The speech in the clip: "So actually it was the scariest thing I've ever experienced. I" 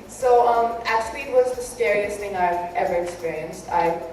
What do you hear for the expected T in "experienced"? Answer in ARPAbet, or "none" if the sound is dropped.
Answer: T